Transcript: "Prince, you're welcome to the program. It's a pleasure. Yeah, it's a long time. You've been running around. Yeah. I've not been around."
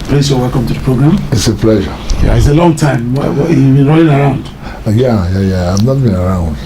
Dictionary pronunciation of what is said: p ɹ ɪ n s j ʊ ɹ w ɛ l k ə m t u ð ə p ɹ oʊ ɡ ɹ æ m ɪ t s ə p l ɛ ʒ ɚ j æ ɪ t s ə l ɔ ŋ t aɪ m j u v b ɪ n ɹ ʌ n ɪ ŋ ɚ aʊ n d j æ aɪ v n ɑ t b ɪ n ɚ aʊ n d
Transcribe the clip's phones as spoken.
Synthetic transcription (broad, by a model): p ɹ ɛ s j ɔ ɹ w ɛ l k ə m t u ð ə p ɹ oʊ ɡ ɹ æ m ɪ t s ə p l ɛ ʒ ɚ j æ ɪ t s ə l ɔ ŋ t aɪ m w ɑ w b ɪ n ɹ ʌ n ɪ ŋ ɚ aʊ n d j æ aɪ v n ɑ t b ɪ n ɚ aʊ n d